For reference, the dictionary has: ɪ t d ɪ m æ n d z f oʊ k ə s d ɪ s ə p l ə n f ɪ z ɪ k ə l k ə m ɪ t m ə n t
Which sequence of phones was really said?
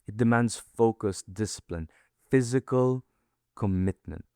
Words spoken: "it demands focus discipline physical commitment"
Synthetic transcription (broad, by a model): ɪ t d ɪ m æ n d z f oʊ k ə s d ɪ s ə p l ə n f ɪ z ɪ k ə l k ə m ɪ t m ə n t